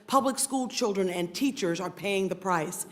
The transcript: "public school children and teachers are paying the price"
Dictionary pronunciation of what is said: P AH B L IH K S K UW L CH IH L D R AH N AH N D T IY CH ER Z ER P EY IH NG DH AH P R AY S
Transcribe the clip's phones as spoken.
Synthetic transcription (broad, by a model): P AH B L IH K S K UW L CH IH L D R AH N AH N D T IY CH ER Z ER P EY IH NG DH AH P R AY S